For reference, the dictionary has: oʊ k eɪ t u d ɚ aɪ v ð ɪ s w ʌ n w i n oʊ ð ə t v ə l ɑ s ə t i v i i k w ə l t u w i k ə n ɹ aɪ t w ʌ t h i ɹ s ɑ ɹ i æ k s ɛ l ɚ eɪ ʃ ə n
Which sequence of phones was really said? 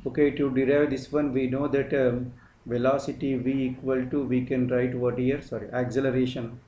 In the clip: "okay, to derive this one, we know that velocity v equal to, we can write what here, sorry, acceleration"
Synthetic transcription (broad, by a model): oʊ k eɪ t u d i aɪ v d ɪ s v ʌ n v i n oʊ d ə t v ə l ɑ s ə t i v i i k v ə l t u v i k ə n ɹ aɪ t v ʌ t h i ɹ s ɑ ɹ i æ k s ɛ l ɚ eɪ ʃ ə n